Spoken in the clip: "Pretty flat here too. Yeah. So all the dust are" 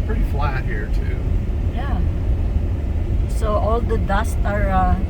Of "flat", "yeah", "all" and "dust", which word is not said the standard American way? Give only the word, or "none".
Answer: none